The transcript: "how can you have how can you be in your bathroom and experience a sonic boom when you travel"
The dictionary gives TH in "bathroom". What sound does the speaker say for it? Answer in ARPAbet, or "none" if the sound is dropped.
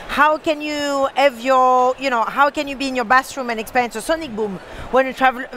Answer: S